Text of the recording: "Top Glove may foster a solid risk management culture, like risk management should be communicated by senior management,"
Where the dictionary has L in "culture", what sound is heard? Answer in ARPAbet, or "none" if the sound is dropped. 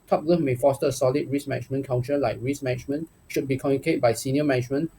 N